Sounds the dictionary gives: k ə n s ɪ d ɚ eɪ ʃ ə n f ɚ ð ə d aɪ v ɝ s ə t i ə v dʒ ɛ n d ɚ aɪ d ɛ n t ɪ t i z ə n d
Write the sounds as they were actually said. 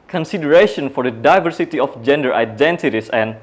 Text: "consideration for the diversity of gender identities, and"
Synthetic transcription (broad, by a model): k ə n s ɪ d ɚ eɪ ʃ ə n f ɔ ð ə d aɪ v ɝ s ə t i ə f dʒ ɛ n d ɚ aɪ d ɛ n t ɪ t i s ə n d